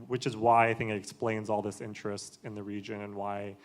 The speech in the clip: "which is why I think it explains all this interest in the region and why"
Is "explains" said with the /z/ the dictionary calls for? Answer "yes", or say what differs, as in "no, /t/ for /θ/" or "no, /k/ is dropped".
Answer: yes